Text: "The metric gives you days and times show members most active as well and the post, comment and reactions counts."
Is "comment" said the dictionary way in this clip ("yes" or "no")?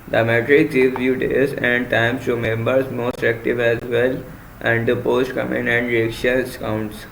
no